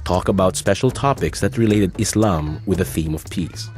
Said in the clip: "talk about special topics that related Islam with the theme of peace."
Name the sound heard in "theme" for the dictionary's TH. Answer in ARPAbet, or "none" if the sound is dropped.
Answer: TH